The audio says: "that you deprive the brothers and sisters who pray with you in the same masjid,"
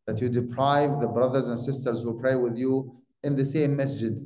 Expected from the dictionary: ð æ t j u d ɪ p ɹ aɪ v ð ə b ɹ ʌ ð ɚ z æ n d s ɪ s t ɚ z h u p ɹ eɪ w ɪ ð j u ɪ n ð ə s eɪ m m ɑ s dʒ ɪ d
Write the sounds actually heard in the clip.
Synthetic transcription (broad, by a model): ð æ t j u d ɪ p ɹ aɪ v ð ə b ɹ ʌ ð ɚ z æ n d s ɪ s t ɚ z h u p ɹ eɪ w ɪ ð j u ɪ n ð ə s eɪ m m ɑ s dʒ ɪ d